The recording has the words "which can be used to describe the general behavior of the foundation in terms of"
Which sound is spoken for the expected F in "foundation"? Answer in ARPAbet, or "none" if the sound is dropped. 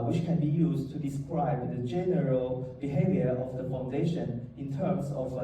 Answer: F